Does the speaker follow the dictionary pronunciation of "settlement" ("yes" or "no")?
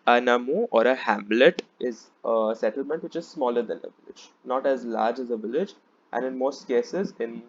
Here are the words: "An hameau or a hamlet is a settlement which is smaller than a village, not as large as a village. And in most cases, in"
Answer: yes